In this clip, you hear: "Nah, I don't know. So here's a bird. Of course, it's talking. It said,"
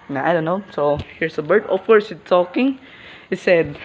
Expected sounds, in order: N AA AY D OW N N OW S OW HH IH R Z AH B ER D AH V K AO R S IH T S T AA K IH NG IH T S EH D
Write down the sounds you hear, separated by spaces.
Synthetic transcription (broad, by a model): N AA AY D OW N N OW S OW HH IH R S AH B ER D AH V K AO R S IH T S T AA K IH NG IH T S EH D